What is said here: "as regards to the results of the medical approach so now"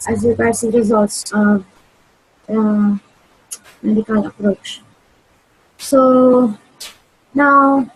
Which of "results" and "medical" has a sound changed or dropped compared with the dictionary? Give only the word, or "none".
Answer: none